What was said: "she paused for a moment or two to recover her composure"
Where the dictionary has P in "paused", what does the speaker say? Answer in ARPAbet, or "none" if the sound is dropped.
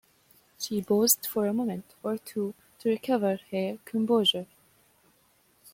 B